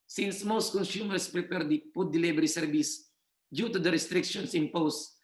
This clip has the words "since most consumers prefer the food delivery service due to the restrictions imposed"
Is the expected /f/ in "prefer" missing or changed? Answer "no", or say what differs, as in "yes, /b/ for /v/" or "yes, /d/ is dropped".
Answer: yes, /p/ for /f/